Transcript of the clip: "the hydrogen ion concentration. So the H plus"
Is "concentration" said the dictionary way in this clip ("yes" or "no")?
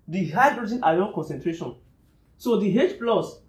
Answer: yes